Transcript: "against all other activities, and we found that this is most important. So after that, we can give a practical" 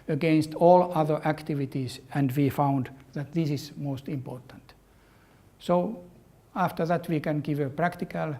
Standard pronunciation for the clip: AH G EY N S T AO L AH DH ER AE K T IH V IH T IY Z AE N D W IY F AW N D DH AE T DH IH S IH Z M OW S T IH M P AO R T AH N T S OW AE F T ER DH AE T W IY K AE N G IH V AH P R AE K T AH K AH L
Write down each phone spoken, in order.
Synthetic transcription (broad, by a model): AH G EY N S T AO L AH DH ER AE K T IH V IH T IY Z AE N D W IY F AW N D DH AE T DH IH S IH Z M OW S T IH M P AO R T AH N T S OW AE F T ER DH AE T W IY K AE N G IH V AH P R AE K T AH K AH L